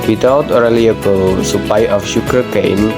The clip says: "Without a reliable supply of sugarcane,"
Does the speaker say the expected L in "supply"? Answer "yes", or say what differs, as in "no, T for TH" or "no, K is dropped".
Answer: no, L is dropped